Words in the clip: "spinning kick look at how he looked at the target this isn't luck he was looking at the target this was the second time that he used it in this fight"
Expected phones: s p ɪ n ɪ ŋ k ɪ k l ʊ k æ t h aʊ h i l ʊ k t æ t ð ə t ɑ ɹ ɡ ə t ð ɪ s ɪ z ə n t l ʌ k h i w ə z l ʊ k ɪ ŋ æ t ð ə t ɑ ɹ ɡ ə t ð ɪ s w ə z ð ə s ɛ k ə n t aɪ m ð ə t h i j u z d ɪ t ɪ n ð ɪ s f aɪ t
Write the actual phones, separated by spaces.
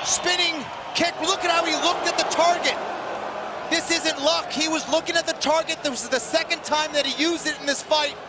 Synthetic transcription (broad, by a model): s p ɪ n ɪ ŋ k ɪ k l ʊ k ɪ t h aʊ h i l ʊ k t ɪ t ð ə t ɑ ɹ ɡ ə t ð ɪ s ɪ z ə n t l ʌ k h i w ə z l ʊ k ɪ ŋ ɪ t ð ə t ɑ ɹ ɡ ə t ð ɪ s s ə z ð ə s ɛ k ə n t aɪ m ð ə t h i j u z d ɪ t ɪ n ð ɪ s f aɪ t